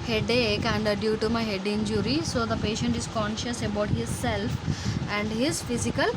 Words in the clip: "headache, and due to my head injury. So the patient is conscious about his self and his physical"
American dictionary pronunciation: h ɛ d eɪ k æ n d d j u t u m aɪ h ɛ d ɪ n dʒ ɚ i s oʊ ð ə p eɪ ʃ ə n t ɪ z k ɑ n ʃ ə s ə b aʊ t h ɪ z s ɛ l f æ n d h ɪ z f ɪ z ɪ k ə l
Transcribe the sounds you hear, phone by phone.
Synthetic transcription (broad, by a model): h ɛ d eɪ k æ n d d j u t u m aɪ h ɛ d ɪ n dʒ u i s oʊ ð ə p eɪ ʃ ə n t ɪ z k ɑ n ʃ ə s ə b aʊ t h ɪ z s ɛ l f æ n d h ɪ z f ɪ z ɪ k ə l